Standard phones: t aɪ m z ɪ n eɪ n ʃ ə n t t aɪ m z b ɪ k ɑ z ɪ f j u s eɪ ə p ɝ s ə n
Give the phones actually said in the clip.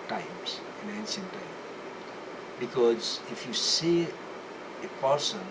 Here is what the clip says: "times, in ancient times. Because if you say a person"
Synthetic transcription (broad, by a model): t aɪ m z ɪ n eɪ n s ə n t t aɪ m b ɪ k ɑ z ɪ f j u s eɪ ə p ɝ s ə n